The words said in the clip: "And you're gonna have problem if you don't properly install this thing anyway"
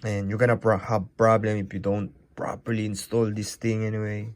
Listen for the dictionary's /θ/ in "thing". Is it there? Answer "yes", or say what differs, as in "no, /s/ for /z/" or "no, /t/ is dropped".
no, /t/ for /θ/